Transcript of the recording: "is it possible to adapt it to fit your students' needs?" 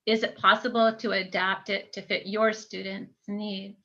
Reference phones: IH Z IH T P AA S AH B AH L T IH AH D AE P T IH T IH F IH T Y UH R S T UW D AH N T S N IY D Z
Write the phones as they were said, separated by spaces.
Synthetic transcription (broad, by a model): IH Z IH T P AA S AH B L T IH AH D AE P T IH T IH F IH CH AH R S T UW D N T S N IY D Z